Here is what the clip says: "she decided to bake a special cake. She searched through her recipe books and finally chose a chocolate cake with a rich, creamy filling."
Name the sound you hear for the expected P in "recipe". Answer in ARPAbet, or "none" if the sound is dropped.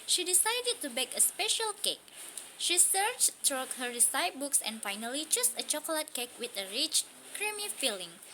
none